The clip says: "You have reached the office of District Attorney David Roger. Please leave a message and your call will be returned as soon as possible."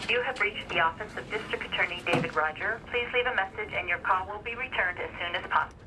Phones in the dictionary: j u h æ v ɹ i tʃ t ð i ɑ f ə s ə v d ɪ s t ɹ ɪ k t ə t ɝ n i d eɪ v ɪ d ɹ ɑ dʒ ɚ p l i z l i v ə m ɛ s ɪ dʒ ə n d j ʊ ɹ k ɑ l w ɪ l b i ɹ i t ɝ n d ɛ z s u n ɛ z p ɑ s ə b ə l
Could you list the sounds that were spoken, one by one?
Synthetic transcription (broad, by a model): j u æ v ɹ i tʃ ð i ɑ f ə s ə v d ɪ s t ɹ ɪ k t ə t ɝ n i d eɪ v ɪ d ɹ ɑ dʒ ɚ p l i z l i v ə m ɛ s ɪ dʒ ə n j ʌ ɹ k ɑ l w ɪ l b i ɹ i t ɝ n d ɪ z s u n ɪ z p ɑ s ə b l